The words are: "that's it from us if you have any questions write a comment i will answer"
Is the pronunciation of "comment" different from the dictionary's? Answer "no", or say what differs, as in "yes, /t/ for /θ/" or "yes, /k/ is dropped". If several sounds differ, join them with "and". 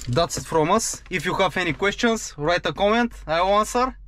no